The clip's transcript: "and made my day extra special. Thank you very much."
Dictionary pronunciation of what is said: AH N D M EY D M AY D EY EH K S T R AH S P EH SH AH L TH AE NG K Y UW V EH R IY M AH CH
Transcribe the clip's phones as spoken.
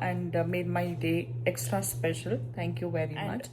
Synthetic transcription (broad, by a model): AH N D M EY D M AY D EY EH K S T R AH S P EH SH AH L T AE NG K Y UW V EH R IY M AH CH